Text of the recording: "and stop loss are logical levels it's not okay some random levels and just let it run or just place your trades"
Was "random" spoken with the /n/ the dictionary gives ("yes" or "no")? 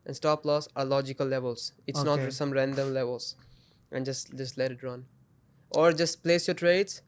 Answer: yes